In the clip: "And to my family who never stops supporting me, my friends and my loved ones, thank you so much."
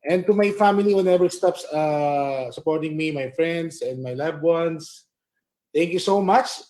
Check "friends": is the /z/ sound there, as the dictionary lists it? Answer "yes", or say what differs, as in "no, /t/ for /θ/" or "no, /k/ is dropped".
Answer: no, /s/ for /z/